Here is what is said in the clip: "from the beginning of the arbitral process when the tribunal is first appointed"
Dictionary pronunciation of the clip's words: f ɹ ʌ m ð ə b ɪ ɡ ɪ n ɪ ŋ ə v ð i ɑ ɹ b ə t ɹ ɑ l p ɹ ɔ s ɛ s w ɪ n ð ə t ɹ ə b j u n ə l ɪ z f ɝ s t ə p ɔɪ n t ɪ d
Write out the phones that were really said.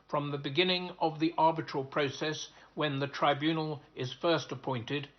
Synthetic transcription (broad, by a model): f ɹ ʌ m ð ə b ɪ ɡ ɪ n ɪ ŋ ə v ð i ɑ ɹ b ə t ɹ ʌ l p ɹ ɔ s ɛ s w ɪ n ð ə t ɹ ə b j u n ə l ɪ z f ɝ s t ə p ɔɪ n t ɪ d